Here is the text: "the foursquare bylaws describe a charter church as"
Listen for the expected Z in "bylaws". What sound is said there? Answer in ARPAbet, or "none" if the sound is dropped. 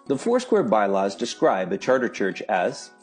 Z